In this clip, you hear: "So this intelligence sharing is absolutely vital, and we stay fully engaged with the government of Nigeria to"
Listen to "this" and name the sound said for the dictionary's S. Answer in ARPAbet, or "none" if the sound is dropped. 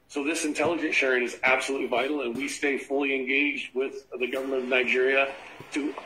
S